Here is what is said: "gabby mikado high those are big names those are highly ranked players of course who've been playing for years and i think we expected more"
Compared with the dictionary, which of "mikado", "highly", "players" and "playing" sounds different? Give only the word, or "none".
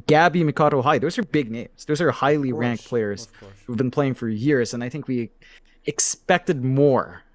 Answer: players